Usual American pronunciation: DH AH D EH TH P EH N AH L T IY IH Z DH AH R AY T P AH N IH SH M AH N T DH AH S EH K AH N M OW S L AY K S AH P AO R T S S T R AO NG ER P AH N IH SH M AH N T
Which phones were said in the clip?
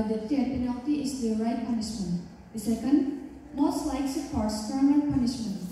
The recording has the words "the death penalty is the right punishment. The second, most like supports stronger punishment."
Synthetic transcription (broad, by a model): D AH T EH T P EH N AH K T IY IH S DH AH R AY T P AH N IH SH M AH N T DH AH S EH K AH N M OW S L AY K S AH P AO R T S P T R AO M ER P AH N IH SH M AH N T